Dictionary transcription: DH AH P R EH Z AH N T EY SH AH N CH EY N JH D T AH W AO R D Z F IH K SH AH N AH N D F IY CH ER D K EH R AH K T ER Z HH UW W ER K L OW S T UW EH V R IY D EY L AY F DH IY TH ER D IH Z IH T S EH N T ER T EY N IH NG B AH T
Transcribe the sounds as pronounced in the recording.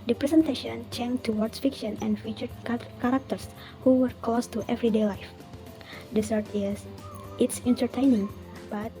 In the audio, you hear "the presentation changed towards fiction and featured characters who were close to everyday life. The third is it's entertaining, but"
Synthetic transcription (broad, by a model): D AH P R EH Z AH N T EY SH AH N CH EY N T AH W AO R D S F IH K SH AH N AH N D F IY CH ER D K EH R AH K T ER S HH UW W ER K OW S T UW EH V R IY D EY L AY F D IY S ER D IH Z IH T S EH N T ER T EY N IH NG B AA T